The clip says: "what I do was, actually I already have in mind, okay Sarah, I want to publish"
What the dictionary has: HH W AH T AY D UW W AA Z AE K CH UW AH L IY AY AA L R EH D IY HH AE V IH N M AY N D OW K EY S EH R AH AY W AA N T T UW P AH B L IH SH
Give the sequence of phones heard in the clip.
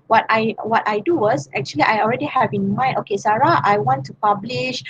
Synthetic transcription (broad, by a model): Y W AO T AY D UW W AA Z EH K CH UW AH L IY AY AA L R EH D IY HH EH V IH N M AY N OW K EY S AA R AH AY W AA N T T UW P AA B L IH SH